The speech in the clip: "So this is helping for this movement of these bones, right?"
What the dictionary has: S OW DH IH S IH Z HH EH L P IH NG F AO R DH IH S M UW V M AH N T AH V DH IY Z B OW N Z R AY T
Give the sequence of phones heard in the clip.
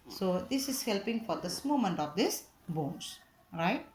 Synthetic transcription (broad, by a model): S OW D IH S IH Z HH EH L P IH NG F AO R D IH S M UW M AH N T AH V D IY S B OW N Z R AY T